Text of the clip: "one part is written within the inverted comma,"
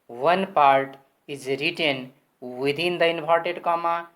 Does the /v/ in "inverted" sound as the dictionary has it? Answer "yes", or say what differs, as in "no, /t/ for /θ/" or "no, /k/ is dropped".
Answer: no, /p/ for /v/